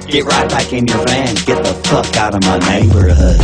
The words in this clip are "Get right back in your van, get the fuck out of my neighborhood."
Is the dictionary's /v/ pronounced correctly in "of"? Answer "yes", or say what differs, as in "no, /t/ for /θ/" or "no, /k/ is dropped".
yes